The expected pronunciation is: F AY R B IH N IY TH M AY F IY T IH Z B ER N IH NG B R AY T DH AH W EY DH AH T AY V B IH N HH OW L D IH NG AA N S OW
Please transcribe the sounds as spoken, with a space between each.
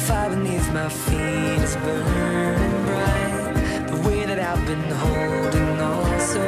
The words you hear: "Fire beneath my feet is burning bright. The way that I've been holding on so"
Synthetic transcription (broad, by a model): F AY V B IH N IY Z M AY F IY T IH Z B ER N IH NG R AY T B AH W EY DH AH T AY V B IH N HH OW L D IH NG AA L S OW